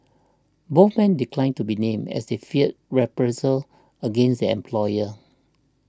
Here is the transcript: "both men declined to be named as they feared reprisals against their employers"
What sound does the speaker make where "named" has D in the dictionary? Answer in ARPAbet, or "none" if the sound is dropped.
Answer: none